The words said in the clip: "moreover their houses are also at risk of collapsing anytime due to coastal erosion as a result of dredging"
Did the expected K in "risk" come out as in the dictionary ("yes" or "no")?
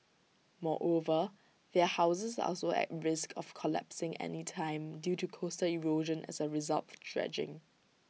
yes